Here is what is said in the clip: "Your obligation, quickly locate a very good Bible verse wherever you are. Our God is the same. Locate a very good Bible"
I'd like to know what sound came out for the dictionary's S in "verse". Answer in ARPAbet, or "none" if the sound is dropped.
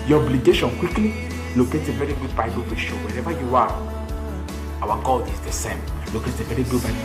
none